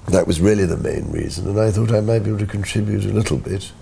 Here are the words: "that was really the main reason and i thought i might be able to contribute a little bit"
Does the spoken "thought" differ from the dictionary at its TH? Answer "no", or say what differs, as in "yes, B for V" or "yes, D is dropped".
no